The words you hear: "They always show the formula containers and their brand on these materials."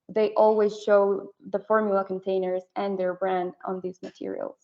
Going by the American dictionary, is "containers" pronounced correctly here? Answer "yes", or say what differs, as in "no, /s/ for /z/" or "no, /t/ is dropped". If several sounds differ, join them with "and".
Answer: yes